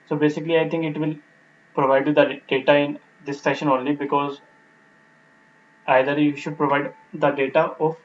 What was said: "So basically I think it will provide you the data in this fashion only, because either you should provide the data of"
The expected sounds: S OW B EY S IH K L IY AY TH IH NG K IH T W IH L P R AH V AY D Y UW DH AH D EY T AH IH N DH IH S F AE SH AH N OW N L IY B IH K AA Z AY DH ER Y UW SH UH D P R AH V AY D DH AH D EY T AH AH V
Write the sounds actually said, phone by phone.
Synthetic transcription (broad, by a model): S OW B EY S IH K L IY AY T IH NG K IH T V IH L P R AH V AY D Y UW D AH D EY T AH IH N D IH S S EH SH AH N OW N L IY B IH K AA Z AY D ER Y UW SH UH D P R AH V AY D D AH D EY T AH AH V